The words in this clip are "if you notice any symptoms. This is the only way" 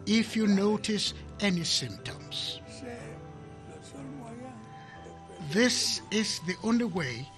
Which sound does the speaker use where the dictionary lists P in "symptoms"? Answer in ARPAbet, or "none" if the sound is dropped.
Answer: P